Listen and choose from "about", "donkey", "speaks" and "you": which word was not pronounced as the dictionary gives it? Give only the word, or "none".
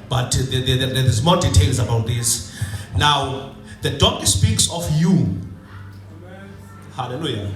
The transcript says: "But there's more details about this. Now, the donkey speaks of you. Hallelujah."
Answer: donkey